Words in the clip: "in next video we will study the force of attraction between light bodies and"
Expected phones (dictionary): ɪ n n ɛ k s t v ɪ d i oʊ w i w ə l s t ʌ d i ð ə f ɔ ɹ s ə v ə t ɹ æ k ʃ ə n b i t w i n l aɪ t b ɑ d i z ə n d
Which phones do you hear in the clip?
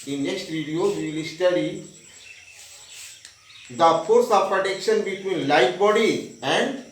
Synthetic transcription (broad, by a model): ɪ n n ɛ k s t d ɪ d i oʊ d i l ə s t ʌ d i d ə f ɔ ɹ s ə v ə t ɛ k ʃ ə n b i t w i n l aɪ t b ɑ d i ə n d